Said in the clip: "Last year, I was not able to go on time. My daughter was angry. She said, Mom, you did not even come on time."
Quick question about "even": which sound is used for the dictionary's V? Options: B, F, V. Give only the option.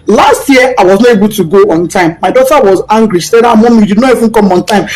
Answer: F